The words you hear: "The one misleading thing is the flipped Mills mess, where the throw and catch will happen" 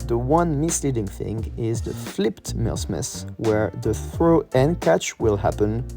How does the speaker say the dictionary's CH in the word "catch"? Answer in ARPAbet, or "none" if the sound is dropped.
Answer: CH